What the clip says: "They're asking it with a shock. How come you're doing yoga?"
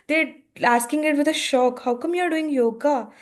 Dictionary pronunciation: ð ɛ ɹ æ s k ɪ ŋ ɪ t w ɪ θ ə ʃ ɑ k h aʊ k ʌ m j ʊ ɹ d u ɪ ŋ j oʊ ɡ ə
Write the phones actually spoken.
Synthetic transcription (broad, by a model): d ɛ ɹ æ s k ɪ ŋ ɪ t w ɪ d ə ʃ ɑ k h aʊ k ʌ m j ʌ ɹ d u ɪ ŋ j oʊ ɡ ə